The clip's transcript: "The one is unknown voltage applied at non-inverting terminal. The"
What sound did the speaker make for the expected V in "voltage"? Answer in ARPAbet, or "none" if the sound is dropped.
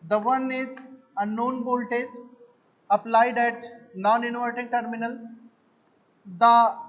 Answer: B